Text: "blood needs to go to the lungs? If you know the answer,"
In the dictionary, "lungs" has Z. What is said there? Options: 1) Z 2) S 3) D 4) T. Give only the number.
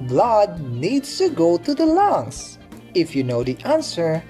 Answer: 2